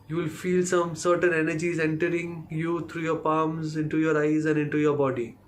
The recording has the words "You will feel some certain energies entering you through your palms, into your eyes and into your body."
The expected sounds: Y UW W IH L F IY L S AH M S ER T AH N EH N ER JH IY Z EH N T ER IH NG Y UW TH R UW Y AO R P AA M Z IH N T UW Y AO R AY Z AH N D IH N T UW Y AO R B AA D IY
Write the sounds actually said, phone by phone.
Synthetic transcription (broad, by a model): Y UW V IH L F IY L S AH M S ER T AH N EH N ER JH IY Z EH N T ER IH NG Y UW T R UW Y AO R P AA M Z IH N T UW Y AO R AY Z AH N D IH N T UW Y AO R B AA D IY